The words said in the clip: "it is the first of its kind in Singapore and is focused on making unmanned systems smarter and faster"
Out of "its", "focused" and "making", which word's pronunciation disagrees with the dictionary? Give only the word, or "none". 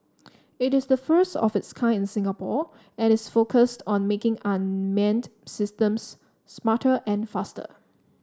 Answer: none